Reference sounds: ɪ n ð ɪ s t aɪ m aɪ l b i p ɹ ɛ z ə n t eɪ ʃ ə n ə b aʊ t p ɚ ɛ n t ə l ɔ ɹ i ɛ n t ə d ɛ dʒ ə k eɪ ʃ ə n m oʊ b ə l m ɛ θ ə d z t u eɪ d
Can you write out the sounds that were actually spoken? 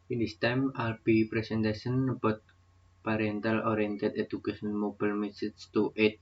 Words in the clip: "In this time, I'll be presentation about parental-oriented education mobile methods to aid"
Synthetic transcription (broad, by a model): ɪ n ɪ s t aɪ m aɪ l b i p ɹ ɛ s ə n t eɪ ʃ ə n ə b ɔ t p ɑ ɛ n t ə l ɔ ɹ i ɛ n t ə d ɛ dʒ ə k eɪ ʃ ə n m oʊ b ə l m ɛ s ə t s t u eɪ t